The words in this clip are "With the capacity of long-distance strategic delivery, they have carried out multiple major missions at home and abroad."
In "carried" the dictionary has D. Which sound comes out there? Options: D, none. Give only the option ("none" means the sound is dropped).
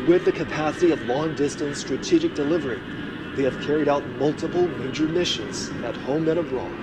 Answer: D